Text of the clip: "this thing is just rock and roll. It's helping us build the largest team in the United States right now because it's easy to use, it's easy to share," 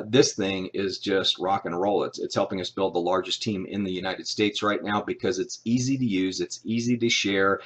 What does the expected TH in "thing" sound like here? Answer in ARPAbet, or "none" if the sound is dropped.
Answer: TH